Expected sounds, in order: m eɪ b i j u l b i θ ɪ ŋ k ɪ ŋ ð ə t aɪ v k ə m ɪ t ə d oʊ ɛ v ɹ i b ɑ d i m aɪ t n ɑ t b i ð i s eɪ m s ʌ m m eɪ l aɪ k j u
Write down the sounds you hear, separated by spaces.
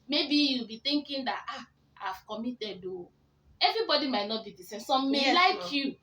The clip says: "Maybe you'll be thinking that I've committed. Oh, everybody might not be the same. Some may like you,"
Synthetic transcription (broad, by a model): m eɪ b i j u l b i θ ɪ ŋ k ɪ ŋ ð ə t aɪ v k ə m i t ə d oʊ ɛ v ɹ i b ɑ d i m aɪ t n ɑ t b i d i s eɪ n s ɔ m m eɪ l aɪ k j u